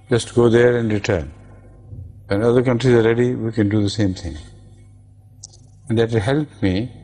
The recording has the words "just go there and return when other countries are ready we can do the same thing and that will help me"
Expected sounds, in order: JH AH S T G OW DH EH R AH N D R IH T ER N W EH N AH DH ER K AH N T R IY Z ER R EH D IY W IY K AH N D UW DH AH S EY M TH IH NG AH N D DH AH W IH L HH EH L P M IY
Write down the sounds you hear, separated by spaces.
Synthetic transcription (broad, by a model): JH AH S T G OW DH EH R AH N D R IH T ER N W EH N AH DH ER K AH N T R IY Z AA R EH D IY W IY K AH N D UW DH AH S EY M T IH NG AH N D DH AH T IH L HH EH L P M IY